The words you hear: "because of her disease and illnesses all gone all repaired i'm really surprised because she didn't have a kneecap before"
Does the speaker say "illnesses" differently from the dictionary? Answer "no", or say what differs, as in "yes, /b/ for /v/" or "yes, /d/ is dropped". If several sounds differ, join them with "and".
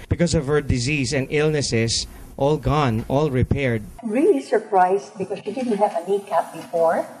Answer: yes, /s/ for /z/